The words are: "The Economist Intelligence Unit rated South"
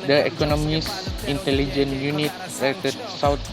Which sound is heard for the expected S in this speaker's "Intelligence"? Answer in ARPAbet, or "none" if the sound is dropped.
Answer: none